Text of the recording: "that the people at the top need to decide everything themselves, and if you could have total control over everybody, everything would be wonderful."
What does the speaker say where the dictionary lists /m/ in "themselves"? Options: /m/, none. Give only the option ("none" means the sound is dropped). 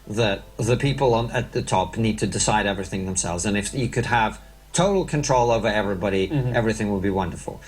/m/